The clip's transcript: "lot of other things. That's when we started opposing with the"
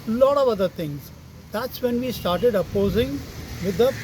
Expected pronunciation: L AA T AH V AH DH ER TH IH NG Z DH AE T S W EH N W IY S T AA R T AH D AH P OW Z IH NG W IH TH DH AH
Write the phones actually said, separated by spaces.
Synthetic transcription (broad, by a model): L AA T AH V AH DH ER T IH NG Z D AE T S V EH N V IY S T AA R T AH D AH P OW Z IH NG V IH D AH